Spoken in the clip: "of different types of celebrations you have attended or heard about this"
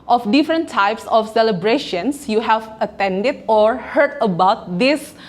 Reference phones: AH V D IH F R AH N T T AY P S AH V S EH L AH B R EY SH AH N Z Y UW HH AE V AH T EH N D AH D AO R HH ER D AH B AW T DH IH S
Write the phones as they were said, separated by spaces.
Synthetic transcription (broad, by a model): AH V D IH F R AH N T T AY P S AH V S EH L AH B R EY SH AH N S Y UW HH AE V AH T EH N D AH D AO R HH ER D AH B AW T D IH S